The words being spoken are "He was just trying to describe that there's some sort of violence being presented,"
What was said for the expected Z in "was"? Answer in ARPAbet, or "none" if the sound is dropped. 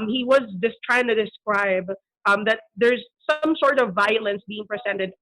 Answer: Z